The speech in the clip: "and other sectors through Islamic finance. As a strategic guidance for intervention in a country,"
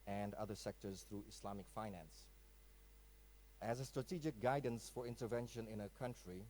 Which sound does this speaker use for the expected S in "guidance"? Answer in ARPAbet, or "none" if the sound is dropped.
S